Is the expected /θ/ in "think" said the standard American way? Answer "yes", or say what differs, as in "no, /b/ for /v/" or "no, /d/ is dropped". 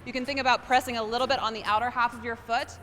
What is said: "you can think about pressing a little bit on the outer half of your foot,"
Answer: yes